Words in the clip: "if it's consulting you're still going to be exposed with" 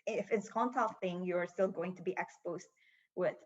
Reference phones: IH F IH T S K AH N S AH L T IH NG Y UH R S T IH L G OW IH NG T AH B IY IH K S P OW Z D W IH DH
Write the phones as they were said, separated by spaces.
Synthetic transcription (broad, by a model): IH F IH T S K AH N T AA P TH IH NG Y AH R S T IH L G OW IH NG T AH B IY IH K S P OW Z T W IH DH